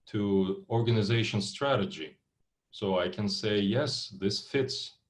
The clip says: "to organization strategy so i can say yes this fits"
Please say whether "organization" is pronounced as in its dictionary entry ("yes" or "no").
yes